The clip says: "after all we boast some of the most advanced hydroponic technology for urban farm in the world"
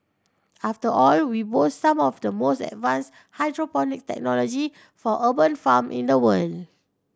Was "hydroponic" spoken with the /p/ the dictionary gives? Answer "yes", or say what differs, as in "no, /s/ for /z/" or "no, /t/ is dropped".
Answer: yes